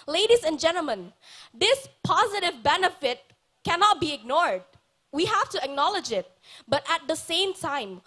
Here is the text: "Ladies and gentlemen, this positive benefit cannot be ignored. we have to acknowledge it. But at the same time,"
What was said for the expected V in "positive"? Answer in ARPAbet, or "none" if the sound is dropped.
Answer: V